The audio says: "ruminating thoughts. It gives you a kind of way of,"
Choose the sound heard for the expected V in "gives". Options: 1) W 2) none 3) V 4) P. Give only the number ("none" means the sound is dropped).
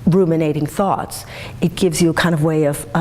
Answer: 3